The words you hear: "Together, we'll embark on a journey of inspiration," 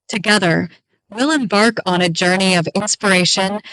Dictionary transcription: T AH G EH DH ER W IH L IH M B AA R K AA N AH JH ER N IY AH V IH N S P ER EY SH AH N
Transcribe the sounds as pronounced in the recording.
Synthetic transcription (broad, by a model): T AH G EH DH ER W IH L IH M B AA R K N AH JH ER N IY AH V IH N S P ER EY SH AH N